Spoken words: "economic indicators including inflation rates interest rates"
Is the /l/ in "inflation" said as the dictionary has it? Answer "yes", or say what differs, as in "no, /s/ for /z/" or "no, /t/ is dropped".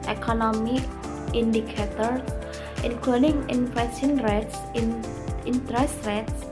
no, /l/ is dropped